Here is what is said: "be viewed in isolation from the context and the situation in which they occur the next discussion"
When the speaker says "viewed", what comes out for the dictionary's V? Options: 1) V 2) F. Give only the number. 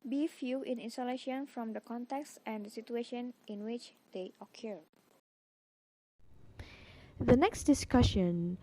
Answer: 2